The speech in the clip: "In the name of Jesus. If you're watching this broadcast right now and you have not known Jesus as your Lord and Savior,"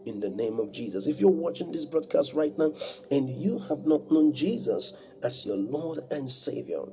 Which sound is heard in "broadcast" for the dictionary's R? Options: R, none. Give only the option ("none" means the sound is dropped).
R